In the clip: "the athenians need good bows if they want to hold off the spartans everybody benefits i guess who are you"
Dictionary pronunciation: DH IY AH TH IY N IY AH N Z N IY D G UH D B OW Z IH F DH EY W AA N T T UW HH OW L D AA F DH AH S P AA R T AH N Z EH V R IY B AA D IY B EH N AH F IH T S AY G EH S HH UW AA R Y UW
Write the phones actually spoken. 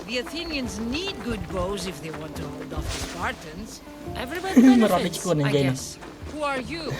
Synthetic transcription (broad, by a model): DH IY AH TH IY N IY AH N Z N IY D G UH D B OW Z IH F DH EY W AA N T T UW HH OW L D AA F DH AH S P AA R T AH N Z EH V R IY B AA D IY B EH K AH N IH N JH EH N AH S HH UW AA R Y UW